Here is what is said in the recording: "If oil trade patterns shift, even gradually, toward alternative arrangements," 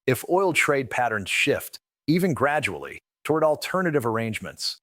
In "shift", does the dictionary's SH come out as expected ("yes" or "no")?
yes